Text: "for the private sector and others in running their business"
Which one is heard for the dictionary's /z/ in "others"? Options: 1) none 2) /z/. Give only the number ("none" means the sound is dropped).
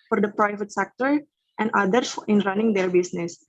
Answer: 1